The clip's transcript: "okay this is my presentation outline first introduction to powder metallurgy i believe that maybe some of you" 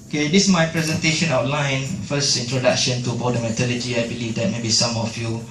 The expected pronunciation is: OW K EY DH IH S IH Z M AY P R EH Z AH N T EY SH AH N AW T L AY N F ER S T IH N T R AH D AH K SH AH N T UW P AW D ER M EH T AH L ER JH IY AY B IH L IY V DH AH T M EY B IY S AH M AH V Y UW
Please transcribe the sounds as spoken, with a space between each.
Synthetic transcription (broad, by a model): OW K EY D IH S M AY P R EH Z AH N T EY SH AH N AW T L AY N F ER S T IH N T R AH D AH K SH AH N T UW B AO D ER M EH T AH L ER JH IY AY B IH L IY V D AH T M EY B IY S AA M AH F Y UW